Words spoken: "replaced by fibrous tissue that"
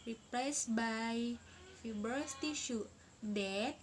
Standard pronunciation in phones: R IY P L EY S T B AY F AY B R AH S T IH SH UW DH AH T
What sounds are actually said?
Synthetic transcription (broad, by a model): R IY P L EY S B AY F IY B AH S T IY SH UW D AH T